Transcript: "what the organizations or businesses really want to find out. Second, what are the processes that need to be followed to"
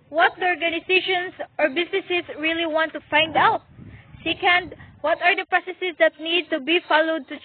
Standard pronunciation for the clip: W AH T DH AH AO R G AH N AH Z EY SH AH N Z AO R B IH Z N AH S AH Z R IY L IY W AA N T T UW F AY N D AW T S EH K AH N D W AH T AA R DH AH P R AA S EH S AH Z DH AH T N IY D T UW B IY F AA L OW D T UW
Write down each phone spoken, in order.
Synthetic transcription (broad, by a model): W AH T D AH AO R G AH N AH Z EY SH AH N S AO R B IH S N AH S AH S R IY L IY W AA N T T UW F AY N D AW T S EH K AH N D W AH T AA R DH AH P R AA S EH S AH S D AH T N IY D T UW B IY F AA L OW D T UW